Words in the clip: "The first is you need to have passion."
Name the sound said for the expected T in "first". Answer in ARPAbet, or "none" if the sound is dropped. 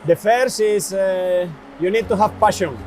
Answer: none